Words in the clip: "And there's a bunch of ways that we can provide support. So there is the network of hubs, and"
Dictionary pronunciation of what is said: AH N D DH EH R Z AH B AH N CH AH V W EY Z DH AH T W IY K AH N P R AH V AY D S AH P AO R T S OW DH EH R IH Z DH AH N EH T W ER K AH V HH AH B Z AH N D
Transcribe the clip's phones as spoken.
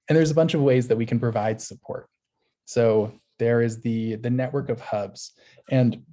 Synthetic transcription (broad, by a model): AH N DH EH R Z AH B AH N CH AH V W EY Z DH AH T W IY K N P R AH V AY D S AH P AO R T S OW DH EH R IH Z DH AH N EH T W ER K AH V HH AH B Z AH N